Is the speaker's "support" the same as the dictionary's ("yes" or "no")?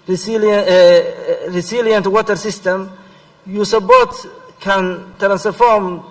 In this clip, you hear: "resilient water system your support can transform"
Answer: no